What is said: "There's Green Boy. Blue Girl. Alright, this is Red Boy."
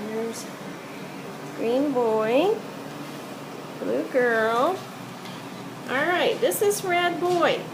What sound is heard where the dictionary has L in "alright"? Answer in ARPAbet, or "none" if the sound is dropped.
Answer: L